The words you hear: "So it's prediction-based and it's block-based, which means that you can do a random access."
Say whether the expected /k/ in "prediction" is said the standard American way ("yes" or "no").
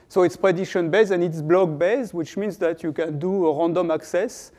no